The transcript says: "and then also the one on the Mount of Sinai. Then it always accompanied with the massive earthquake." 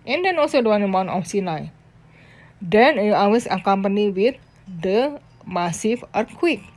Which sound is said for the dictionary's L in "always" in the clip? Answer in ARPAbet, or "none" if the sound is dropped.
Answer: none